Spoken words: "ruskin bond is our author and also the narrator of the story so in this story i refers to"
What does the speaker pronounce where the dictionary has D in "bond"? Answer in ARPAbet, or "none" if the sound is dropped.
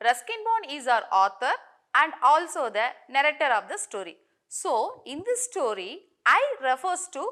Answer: none